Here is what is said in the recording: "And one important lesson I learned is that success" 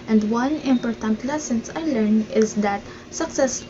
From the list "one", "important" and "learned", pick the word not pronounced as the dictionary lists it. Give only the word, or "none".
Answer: learned